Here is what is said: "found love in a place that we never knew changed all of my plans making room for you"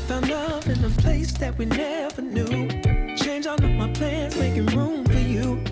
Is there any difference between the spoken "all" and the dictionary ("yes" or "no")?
yes